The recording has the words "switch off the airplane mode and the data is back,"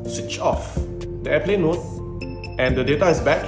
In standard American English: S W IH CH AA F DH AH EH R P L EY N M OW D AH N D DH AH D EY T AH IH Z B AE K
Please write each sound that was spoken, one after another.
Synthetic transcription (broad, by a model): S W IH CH AA F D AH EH P L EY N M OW AH N D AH D EY T AH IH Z B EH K